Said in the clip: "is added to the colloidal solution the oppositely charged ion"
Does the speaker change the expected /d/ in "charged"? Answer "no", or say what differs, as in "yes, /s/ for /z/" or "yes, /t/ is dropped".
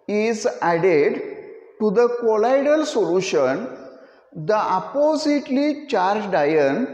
no